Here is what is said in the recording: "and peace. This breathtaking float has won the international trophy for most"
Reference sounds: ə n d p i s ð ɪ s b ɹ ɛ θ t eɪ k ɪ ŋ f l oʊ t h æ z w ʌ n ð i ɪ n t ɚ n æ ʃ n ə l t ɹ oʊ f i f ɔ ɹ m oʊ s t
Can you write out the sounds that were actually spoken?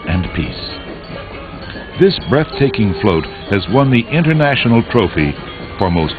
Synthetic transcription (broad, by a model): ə n p i s ð ɪ s b ɹ ɛ θ t eɪ k ɪ ŋ f l oʊ t h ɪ z w ʌ n ð i ɪ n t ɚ n æ ʃ n l t ɹ oʊ f i f ɔ ɹ m oʊ s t